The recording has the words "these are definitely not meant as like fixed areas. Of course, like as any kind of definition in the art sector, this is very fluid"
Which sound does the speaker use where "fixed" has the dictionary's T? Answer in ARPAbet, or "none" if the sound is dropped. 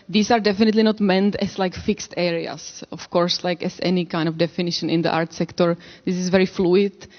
T